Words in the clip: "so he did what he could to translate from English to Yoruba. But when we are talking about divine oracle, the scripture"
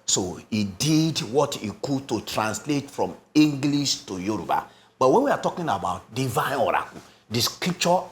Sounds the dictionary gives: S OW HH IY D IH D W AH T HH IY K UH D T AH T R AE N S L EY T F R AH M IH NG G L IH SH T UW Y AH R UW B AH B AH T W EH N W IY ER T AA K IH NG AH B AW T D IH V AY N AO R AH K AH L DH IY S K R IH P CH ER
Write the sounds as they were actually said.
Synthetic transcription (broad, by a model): S OW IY D IH D W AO T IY K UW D T AH T R AE N S L EY T F R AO M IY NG G L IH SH T UW Y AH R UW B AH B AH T W EH N W IY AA T AA K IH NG AH B AW T D IH V AY N AO R AH K AH L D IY S K R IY P CH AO